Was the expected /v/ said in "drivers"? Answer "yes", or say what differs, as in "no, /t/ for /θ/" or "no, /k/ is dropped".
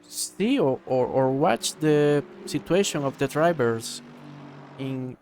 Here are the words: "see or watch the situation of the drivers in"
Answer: no, /b/ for /v/